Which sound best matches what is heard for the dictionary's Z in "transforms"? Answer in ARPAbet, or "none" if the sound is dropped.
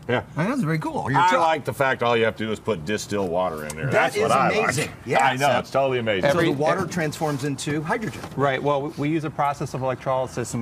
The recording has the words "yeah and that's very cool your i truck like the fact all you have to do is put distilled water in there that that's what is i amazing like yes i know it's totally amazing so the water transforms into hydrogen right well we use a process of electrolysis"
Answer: Z